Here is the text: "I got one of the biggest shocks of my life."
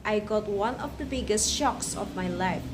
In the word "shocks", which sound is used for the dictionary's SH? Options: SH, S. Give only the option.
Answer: SH